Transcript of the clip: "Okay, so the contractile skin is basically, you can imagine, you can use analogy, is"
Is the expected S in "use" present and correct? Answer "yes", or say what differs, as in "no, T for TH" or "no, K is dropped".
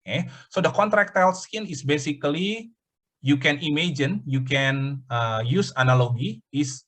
yes